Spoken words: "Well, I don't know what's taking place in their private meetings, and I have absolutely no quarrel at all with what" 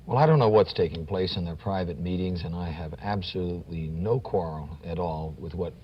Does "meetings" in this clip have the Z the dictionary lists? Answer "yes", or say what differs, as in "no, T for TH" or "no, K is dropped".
yes